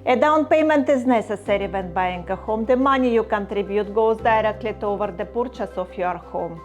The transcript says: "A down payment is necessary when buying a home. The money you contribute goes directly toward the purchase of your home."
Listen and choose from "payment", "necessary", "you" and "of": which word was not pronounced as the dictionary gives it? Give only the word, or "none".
of